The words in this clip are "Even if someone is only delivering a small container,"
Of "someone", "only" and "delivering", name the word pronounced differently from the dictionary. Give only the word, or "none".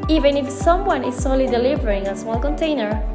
only